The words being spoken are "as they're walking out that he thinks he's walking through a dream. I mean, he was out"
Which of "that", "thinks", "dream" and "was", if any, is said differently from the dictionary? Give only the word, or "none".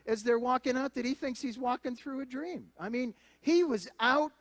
none